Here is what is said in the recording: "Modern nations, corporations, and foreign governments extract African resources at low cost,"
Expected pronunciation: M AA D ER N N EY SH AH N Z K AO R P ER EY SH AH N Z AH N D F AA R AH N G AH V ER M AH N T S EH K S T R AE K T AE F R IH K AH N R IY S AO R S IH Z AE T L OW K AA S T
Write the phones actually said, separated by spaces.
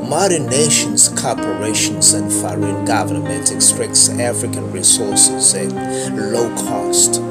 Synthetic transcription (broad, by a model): M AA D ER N N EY SH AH N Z K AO P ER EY SH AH N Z AH N D F AA R AH N G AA V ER M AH N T EH K S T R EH K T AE F R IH K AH N R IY S AO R S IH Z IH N L OW K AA S T